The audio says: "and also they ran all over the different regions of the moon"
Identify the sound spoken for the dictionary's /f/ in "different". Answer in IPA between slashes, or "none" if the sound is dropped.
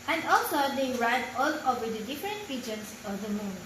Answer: /f/